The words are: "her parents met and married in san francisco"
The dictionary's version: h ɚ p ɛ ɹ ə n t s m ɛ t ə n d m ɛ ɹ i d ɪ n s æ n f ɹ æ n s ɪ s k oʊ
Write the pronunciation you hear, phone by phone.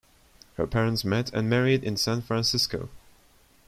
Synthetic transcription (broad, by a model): h ɚ p ɛ ɹ ə n t s m ɛ t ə n m ɛ ɹ i d ɪ n s æ n f ɹ æ n s ɪ s k oʊ